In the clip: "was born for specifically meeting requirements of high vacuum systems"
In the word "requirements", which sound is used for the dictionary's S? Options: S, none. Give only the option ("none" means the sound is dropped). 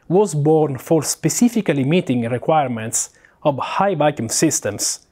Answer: S